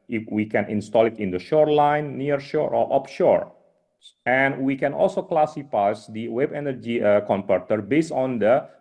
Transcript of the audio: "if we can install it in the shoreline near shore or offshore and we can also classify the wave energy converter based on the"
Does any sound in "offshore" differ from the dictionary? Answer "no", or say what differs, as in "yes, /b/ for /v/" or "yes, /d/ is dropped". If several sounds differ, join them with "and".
yes, /p/ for /f/